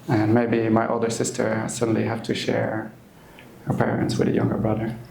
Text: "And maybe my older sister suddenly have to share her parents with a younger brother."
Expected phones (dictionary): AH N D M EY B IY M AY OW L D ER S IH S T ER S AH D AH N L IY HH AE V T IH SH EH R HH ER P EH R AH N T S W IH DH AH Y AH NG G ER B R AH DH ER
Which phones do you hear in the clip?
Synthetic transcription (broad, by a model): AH N M EY B IY M AY OW L D ER S IH S T ER S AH D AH N L IY HH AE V T IH SH EH R HH ER P EH R AH N T S W IH DH AH Y AH NG G ER B R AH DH ER